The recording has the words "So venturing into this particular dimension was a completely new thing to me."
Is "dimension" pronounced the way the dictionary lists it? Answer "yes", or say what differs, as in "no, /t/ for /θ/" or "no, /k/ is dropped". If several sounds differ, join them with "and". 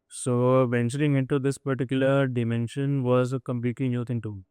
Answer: yes